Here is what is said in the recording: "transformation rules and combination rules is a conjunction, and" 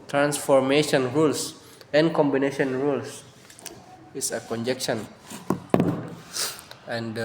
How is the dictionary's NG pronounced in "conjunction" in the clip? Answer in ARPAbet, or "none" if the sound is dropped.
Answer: none